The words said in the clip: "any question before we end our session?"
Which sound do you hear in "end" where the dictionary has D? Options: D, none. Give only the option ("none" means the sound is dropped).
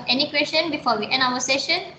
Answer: none